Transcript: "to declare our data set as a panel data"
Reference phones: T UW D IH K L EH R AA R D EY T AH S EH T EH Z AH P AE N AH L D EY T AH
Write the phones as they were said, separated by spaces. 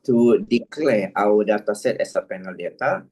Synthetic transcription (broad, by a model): T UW D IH K L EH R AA W D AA T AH S EH T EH S AH P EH N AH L D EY T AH